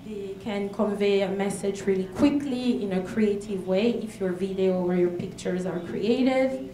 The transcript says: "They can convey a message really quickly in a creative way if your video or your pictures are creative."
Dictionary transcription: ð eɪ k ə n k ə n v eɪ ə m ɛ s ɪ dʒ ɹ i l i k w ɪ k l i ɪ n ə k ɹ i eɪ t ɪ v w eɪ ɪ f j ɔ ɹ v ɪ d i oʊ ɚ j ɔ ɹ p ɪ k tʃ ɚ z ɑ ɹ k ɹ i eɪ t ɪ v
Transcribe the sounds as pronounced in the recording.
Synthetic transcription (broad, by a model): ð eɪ k ə n k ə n v eɪ ə m ɛ s ɪ dʒ ɹ i l i k w ɪ k l i ɪ n ə k ɹ i eɪ t ɪ v w eɪ ɪ f j ɔ ɹ v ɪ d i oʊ ɚ j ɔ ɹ p ɪ k tʃ ɚ z ɑ ɹ k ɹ i eɪ t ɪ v